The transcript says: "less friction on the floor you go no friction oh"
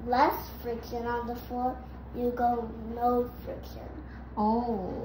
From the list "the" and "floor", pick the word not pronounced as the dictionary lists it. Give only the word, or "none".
floor